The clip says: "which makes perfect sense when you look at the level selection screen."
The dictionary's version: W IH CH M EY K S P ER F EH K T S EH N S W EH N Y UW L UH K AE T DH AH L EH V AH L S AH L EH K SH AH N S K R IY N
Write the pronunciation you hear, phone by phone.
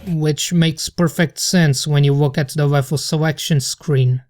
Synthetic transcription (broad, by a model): W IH CH M EY K S P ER F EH K T S EH N S W EH N Y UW W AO K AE T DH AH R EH F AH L S AH L EH K SH AH N S K R IY N